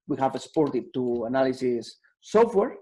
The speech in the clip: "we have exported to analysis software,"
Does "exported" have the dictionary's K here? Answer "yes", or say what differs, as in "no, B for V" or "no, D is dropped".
no, K is dropped